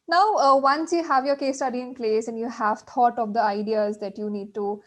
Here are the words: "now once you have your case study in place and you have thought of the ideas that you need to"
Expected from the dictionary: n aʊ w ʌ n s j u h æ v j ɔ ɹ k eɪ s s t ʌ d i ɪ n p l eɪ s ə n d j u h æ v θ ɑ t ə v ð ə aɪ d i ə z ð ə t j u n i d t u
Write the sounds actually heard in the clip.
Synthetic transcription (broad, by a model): n aʊ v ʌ n s j u h æ v j ɔ ɹ k eɪ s s t ʌ d i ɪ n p l eɪ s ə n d j u h æ v t ɑ t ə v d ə aɪ d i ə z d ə t j u n i d t u